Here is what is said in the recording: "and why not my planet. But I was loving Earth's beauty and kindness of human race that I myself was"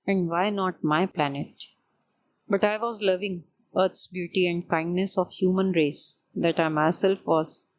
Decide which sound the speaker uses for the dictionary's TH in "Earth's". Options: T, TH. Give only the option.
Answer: T